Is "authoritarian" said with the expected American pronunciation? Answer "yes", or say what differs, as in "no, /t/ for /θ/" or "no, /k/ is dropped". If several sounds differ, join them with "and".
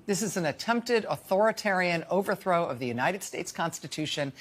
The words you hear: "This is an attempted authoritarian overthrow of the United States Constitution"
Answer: yes